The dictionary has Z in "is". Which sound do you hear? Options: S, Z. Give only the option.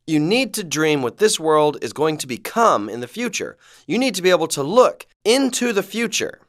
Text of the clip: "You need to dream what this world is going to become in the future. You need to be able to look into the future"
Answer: Z